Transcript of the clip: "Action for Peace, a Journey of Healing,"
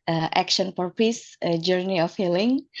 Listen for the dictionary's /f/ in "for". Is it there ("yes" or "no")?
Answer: no